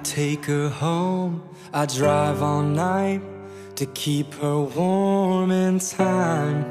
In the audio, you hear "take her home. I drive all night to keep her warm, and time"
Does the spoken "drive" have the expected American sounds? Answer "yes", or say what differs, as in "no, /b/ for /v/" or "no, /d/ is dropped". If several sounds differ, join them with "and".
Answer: yes